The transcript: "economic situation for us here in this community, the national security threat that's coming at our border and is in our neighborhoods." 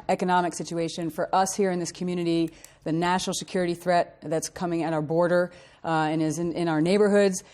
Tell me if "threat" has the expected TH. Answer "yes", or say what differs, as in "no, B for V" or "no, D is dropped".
yes